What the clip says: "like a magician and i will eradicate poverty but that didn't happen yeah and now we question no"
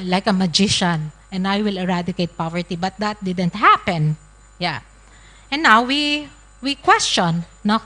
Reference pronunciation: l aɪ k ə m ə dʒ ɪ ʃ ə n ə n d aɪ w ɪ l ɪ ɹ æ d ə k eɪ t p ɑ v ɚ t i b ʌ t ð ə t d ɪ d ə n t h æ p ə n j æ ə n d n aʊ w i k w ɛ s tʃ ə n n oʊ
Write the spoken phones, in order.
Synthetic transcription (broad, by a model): l aɪ k ə m ə dʒ ɪ ʃ ə n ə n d aɪ w ɪ l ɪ ɹ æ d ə k eɪ t p ɑ v ɚ t i b ʌ t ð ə t d ɪ d ə n t h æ p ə n j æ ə n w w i w i k w ɛ s tʃ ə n n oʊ